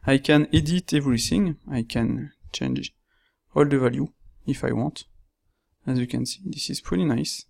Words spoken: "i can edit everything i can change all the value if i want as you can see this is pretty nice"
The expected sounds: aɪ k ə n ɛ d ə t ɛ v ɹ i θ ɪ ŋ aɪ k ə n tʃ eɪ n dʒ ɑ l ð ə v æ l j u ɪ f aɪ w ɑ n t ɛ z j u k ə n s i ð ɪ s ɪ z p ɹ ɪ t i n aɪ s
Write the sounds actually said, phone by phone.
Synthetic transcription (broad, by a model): aɪ k ə n ɛ d ə t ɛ v ɹ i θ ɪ ŋ aɪ k ə n tʃ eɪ n dʒ ɑ l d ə v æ l j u ɪ f aɪ w ɑ n t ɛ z j u k ə n s i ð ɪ s ɪ z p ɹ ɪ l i n aɪ s